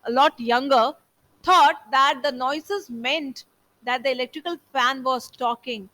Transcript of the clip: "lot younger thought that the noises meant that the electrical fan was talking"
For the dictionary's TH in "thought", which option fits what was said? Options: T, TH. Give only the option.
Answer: T